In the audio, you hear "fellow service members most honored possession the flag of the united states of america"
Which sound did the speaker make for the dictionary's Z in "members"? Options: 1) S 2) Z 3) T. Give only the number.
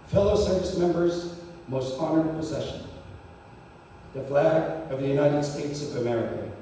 2